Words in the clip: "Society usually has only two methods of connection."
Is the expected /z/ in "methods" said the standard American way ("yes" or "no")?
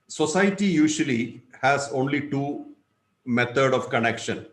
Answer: no